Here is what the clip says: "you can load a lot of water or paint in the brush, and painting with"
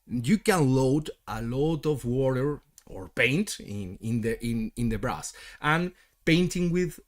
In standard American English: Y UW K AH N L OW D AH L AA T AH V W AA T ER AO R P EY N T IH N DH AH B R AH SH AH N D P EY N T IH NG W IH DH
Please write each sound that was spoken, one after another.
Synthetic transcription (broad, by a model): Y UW K AH N L OW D AH L AA T AH V W AA T ER AO R P EY N T IH N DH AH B R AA S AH N P EY N T IH NG W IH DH